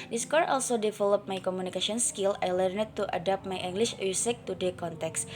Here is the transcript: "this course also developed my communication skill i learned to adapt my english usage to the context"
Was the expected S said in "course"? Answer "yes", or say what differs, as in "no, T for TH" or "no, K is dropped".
no, S is dropped